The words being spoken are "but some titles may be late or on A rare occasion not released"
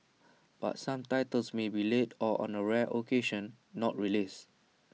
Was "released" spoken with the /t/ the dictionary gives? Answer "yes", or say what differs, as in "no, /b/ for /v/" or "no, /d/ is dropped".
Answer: no, /t/ is dropped